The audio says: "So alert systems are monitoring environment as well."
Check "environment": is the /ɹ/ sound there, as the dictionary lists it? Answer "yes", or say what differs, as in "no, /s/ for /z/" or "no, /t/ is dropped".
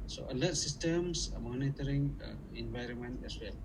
yes